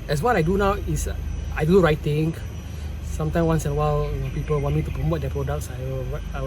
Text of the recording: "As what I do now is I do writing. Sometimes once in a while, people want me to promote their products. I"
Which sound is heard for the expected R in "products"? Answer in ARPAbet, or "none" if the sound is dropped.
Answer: R